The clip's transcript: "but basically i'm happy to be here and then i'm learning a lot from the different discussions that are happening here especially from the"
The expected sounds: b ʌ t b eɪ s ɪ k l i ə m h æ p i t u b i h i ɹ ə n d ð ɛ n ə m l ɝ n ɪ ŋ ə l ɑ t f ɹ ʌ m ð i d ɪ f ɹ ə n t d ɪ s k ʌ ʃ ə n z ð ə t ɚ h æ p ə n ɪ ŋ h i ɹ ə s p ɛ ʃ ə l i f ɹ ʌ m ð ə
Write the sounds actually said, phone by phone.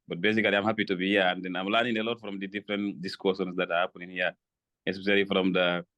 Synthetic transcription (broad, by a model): b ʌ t b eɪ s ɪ k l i ə m h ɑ p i t u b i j ə n d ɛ n ə m l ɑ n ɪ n ə l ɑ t f ɹ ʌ m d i d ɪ f ɹ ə n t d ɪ s k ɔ s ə n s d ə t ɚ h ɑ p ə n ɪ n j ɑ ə s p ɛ s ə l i f ɹ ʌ m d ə